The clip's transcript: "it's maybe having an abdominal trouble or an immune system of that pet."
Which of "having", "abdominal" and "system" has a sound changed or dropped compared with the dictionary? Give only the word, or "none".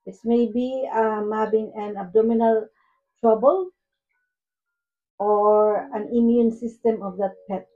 having